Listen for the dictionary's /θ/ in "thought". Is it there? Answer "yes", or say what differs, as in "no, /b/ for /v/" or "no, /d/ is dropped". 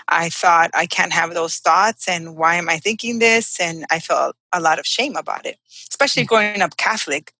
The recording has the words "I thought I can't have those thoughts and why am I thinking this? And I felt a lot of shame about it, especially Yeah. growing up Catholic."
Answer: yes